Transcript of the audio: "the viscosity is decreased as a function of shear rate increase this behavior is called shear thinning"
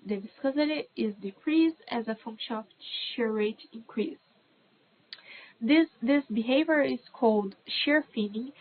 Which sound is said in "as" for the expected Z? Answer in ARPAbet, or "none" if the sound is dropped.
Z